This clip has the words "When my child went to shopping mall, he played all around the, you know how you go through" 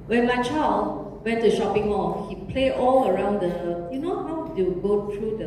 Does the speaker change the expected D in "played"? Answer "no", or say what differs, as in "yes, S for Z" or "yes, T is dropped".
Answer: yes, D is dropped